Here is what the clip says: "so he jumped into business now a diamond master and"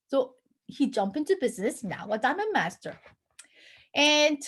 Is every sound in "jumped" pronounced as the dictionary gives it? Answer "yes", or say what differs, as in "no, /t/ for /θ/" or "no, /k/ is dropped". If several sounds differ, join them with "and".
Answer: no, /t/ is dropped